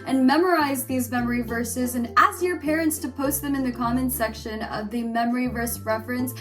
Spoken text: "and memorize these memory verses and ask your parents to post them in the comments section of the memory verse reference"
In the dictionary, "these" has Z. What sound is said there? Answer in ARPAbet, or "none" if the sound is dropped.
Z